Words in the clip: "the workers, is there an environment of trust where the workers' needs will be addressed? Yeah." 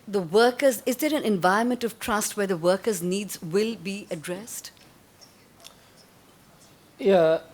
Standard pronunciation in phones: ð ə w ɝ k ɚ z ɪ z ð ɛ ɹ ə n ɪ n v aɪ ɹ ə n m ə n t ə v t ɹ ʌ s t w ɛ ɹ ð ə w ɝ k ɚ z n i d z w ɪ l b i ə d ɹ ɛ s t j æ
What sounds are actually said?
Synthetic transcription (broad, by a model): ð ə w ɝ k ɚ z ɪ z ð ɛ ɹ ə n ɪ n v aɪ ə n m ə n t ə v t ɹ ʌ s t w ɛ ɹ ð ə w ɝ k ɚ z n i d z w ɪ l b i ə d ɹ ɛ s t j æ